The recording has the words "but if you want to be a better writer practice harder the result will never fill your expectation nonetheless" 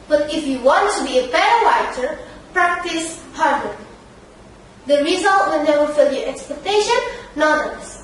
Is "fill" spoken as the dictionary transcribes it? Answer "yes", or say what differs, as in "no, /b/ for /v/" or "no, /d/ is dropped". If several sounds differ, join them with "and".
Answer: yes